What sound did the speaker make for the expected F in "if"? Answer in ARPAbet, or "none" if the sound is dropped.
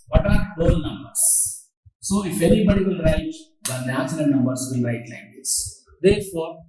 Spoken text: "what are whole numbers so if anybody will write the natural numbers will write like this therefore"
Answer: F